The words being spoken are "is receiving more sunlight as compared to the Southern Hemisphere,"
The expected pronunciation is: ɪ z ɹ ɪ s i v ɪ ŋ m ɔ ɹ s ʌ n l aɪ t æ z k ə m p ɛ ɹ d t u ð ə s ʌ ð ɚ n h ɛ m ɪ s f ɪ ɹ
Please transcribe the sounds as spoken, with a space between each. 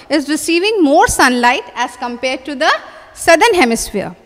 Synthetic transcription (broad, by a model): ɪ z ɹ ɪ s i v ɪ ŋ m ɔ ɹ s ʌ n l aɪ t æ z k ə m p ɛ ɹ d t u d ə s ʌ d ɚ n h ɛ m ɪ s f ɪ ɹ